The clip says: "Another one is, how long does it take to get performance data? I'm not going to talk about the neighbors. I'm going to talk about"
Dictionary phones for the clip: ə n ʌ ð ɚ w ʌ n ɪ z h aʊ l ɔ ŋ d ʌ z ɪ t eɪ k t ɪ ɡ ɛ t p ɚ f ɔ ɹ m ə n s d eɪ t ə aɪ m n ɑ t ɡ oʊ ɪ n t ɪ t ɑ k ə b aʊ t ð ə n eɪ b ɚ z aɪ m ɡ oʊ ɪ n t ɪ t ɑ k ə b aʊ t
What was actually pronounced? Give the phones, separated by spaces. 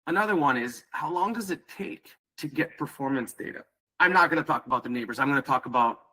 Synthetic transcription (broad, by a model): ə n ʌ ð ɚ w ʌ n ɪ z h aʊ l ɔ ŋ d ʌ z ɪ t eɪ k t ɪ ɡ ɛ t p ɚ f ɔ ɹ m ə n s d eɪ t ə aɪ m n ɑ t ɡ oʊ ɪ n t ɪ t ɑ k ə b aʊ t ð ə n eɪ b ɚ z aɪ m ɡ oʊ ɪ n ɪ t ɑ k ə b aʊ t